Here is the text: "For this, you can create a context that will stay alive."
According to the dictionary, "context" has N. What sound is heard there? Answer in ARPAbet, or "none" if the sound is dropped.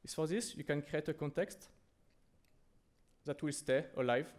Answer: N